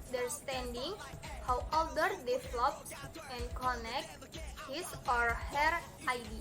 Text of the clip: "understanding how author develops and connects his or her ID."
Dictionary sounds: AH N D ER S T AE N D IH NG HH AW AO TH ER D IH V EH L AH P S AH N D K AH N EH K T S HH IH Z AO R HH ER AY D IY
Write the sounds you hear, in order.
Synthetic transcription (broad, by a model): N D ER S T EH N D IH NG HH AW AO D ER D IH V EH L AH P AH N K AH N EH K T HH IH S AO R HH ER AY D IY